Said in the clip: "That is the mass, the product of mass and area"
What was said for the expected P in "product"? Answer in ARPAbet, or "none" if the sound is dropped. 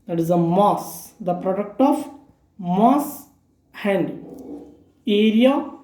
P